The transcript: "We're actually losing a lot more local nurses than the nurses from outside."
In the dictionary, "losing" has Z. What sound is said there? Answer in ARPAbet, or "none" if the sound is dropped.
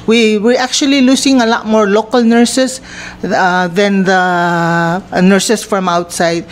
S